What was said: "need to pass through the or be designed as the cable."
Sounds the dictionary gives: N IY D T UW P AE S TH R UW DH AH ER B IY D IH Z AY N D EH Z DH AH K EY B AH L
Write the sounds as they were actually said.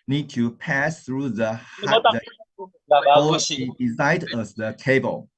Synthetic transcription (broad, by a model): N IY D T UW P AE S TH R UW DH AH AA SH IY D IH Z AY D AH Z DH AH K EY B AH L